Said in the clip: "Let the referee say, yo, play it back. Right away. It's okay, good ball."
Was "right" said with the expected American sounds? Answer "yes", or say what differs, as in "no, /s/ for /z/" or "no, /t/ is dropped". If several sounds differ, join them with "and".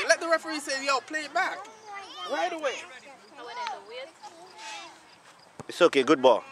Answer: no, /w/ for /ɹ/